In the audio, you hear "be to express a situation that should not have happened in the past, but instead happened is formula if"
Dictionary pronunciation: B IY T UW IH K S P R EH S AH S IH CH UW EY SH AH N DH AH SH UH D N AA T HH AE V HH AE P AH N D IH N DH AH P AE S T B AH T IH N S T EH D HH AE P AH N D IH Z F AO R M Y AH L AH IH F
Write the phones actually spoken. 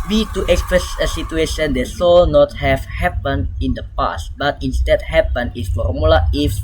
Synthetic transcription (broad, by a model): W IY T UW IH K S P R EH S AH S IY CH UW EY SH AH N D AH S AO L N AA T HH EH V HH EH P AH N IH N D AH P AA S T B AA T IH N S T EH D HH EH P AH N IH S F AO R M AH L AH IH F